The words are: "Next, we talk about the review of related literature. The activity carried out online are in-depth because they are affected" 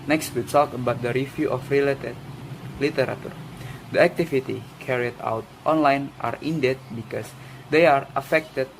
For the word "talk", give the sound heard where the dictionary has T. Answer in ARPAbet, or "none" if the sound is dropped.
S